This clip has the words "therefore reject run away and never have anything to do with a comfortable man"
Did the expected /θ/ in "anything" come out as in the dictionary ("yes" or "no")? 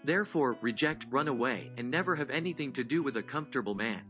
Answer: yes